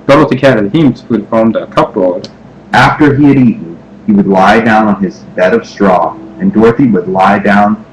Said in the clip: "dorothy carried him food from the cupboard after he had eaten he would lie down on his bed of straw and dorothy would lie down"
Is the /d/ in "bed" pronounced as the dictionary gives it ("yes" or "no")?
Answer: yes